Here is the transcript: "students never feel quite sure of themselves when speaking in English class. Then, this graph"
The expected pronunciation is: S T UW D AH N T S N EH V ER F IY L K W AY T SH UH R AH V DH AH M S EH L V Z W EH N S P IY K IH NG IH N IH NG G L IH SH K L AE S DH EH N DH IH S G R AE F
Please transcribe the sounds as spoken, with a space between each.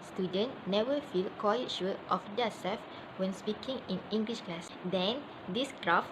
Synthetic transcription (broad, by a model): S T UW D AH N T N EH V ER F IY L K W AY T SH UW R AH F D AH S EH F W EH N S P IY K IH NG IH N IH NG G L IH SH K L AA S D EH N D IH S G R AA F